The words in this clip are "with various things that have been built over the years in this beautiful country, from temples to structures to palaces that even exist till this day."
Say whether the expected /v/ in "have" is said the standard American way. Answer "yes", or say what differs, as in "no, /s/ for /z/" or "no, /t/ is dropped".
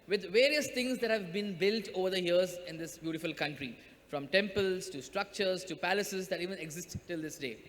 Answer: yes